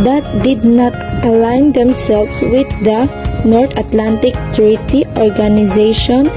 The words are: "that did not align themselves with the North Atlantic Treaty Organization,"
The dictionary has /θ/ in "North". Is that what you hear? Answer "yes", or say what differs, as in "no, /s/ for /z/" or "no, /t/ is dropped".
no, /t/ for /θ/